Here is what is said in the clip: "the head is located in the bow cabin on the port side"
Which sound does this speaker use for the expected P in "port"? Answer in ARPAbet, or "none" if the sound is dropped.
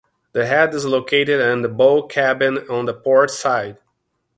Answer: P